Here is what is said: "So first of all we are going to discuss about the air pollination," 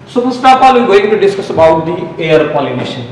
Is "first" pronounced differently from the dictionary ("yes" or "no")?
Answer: yes